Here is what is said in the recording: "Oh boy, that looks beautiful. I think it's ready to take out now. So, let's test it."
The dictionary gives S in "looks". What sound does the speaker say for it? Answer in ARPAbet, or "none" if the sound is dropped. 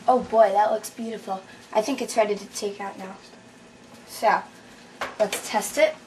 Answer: S